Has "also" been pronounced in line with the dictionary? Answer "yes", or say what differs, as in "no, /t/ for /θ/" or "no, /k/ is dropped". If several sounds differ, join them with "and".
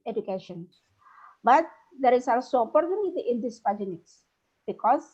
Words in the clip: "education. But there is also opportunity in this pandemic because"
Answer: no, /l/ is dropped